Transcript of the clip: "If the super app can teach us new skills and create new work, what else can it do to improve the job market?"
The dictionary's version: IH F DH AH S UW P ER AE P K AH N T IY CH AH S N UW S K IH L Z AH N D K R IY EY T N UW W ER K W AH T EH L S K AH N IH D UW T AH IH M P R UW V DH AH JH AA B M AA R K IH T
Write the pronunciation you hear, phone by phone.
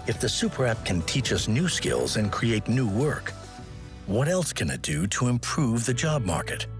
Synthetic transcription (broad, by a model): IH F DH AH S UW P ER AE P K AH N T IY CH AH S N UW S K IH L Z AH N K R IY EY T N UW W ER K W AH T EH L S K AH N IH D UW T AH IH M P R UW V DH AH JH AA B M AA R K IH T